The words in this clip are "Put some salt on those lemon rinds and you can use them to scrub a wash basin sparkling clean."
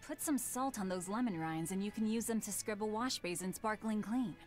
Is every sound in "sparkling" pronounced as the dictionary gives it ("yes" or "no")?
yes